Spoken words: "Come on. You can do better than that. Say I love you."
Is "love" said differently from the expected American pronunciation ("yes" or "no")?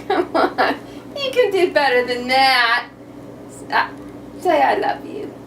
no